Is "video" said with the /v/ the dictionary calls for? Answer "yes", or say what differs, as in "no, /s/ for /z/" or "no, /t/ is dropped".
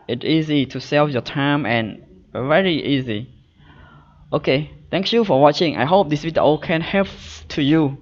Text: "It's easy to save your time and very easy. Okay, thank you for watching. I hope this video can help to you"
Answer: no, /w/ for /v/